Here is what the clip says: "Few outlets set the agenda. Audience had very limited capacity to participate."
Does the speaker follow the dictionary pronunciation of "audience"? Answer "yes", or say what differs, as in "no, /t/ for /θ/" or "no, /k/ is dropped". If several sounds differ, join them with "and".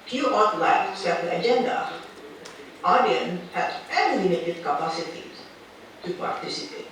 no, /s/ is dropped